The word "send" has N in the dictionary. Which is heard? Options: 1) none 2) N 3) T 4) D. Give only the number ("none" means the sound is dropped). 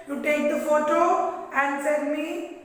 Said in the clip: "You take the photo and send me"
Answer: 1